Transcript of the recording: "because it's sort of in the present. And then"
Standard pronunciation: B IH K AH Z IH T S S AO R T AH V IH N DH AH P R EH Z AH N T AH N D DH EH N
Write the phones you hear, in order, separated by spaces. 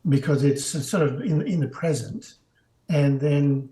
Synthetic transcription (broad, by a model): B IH K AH Z IH T S S AO R T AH V IH N DH AH P R EH Z AH N T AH N DH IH N